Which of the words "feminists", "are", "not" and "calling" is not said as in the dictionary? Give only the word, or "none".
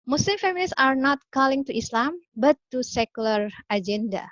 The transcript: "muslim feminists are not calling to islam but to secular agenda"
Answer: feminists